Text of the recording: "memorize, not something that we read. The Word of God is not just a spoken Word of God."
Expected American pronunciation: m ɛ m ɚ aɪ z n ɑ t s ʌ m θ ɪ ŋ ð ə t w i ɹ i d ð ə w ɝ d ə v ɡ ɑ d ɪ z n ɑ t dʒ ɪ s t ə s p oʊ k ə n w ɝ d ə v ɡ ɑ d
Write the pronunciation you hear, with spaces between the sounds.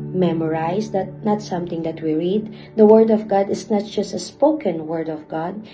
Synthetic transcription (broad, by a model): m ɛ m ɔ aɪ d n ɑ t s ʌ m t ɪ ŋ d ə t w i ɹ i d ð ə w ɝ d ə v ɡ ɑ d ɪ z n ɑ t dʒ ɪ s t ə s p oʊ k ə n w ɝ d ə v ɡ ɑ d